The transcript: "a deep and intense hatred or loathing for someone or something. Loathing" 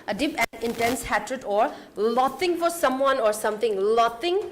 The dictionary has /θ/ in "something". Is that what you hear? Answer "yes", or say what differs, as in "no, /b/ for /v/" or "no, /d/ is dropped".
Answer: no, /t/ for /θ/